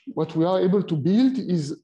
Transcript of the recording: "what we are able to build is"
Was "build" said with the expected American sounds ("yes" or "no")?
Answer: yes